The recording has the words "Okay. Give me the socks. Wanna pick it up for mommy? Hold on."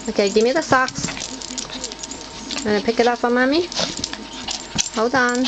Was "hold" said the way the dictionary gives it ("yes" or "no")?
no